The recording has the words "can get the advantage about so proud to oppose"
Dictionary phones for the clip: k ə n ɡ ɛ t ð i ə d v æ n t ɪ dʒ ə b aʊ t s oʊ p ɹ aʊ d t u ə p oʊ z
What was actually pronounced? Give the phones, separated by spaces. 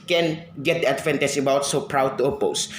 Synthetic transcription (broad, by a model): k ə n ɡ ɛ t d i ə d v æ n t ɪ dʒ ə b aʊ t s oʊ p ɹ aʊ d t u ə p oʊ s